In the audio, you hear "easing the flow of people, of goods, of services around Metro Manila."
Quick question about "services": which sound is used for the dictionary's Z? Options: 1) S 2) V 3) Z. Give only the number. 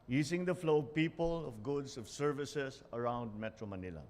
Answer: 1